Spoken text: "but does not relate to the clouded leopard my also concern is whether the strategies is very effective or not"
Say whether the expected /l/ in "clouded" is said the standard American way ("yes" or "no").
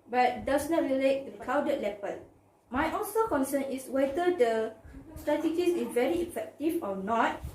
no